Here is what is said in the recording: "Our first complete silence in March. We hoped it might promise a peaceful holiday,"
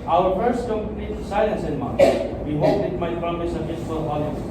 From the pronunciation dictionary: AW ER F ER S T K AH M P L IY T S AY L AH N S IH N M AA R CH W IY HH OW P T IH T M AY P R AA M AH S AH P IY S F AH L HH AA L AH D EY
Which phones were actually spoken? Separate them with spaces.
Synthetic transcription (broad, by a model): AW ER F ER S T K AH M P N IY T S AY L AH N S IH N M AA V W IY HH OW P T IH T M AY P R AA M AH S AH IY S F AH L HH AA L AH